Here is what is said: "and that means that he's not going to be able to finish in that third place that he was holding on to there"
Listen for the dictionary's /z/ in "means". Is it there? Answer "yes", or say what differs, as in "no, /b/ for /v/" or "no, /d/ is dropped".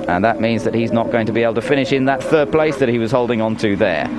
yes